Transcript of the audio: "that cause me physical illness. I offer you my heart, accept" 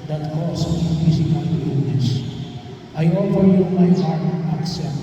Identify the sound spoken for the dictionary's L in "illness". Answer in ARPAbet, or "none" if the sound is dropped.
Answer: none